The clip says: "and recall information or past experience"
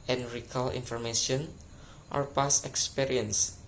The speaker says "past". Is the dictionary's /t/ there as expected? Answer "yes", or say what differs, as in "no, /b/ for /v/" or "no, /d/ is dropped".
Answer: no, /t/ is dropped